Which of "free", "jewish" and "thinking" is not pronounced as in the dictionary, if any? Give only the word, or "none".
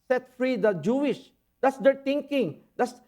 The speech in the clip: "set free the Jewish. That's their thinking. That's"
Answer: thinking